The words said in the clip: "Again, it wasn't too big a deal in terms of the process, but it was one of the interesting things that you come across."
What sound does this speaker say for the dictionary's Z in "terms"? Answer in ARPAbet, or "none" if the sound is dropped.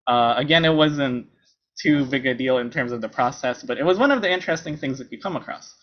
Z